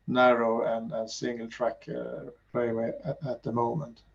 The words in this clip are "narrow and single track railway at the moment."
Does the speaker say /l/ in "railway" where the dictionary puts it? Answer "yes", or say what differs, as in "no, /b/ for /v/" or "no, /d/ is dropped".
no, /l/ is dropped